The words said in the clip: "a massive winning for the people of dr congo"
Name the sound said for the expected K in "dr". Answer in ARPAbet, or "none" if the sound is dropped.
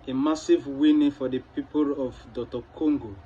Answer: none